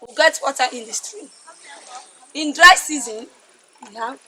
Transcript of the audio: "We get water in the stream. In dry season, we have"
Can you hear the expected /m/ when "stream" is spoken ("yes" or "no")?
no